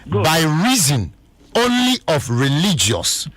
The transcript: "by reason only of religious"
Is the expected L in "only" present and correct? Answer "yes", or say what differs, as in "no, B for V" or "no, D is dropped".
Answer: yes